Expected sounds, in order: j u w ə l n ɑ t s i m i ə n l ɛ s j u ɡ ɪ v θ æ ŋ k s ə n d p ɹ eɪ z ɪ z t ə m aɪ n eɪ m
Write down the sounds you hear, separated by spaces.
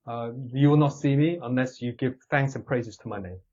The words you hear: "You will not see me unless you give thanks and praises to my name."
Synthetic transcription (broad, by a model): j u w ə l n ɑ t s i m i ə n l ɛ s j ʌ ɡ ɪ v θ æ ŋ k s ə n p ɹ eɪ z ɪ z t ə m aɪ n eɪ m